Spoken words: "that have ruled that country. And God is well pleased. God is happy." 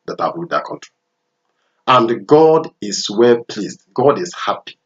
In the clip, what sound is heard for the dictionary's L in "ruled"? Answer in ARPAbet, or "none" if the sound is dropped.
none